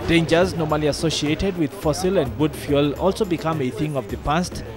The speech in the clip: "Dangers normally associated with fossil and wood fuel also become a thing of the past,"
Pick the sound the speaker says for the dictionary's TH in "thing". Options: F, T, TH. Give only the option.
TH